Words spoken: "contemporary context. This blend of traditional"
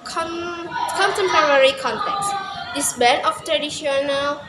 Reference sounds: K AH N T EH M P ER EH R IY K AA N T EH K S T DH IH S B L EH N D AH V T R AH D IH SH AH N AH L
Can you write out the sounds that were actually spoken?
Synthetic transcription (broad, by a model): K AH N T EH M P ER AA R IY K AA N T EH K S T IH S B EH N AH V T R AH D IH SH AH N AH L